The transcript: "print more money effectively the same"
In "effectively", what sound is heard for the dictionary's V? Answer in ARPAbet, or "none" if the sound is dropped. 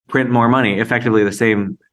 V